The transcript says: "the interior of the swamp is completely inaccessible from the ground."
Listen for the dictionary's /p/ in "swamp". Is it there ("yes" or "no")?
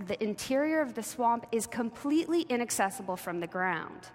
yes